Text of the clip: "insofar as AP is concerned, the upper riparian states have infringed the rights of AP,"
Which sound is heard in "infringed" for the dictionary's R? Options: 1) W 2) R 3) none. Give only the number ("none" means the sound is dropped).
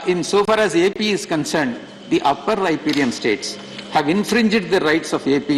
2